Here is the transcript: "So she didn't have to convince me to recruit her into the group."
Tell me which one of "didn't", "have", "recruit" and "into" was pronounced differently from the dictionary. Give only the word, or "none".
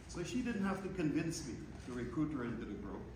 have